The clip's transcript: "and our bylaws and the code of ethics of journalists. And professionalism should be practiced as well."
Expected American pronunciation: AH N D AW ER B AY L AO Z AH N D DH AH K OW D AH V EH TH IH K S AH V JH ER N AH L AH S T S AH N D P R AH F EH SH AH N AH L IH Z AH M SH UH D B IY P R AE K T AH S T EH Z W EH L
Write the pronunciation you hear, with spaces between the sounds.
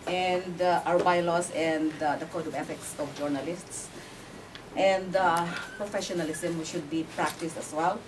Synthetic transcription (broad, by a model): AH N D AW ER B AY L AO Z AH N D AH K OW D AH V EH F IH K S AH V JH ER N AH L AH S T S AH N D P R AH F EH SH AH N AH L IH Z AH M SH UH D B IY P R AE K T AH S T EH S W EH L